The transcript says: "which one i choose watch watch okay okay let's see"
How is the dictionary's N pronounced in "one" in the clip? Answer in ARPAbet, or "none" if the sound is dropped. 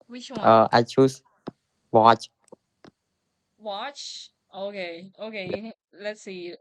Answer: none